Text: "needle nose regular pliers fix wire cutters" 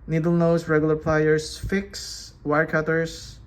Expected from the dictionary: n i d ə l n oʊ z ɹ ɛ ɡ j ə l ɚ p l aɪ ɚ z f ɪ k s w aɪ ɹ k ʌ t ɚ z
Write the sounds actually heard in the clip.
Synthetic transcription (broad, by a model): n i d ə l n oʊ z ɹ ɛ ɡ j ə l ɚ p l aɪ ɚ s f ɪ k s w aɪ ɹ k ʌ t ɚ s